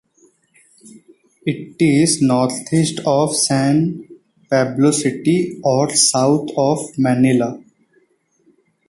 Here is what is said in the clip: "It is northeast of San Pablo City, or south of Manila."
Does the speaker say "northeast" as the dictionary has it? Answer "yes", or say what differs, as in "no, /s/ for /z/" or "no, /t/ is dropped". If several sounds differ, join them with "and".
no, /t/ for /θ/